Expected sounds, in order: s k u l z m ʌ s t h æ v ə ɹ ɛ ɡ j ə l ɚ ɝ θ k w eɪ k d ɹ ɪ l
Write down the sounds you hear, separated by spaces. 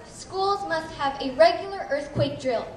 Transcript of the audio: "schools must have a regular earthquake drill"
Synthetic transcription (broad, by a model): s k u l z m ʌ s t h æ v ə ɹ ɛ ɡ j l ɚ ɝ θ k w eɪ k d ɹ ɪ l